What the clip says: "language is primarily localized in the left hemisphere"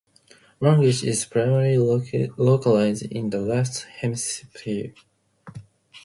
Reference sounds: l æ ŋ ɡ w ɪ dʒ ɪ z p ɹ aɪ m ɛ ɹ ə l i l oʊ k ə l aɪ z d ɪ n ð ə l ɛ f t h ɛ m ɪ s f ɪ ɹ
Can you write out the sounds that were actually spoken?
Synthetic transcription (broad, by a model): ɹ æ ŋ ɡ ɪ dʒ ɪ z p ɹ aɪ m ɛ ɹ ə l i l oʊ k ə l aɪ z d ɪ n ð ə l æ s t h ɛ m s p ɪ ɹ